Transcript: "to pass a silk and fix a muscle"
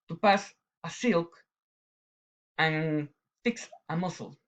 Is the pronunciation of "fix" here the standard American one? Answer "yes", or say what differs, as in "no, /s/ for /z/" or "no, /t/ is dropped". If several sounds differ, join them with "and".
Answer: yes